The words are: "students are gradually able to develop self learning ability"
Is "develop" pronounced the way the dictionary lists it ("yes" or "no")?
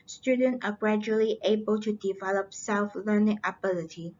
yes